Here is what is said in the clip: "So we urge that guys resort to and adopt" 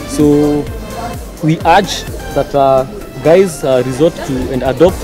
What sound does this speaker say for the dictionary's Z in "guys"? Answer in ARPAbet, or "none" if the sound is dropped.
Z